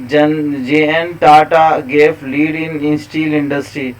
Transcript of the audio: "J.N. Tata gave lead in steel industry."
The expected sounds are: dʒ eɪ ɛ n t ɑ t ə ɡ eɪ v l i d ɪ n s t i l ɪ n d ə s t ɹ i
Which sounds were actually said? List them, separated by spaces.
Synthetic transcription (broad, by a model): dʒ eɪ ɛ n t ɑ t ə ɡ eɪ p l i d ɪ n s t i l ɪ n d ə s t ɹ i